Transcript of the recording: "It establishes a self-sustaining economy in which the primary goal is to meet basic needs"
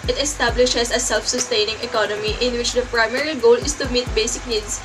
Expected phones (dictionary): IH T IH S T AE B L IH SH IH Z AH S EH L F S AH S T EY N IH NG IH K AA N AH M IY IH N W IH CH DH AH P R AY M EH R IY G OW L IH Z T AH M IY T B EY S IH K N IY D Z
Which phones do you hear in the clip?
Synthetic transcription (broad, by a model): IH T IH S T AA B L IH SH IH S AH S EH L F S AH S T EY N IH NG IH K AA N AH M IY IH N W IH CH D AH P R AY M EH R IY G OW L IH S T AH M IY T B EY S IH K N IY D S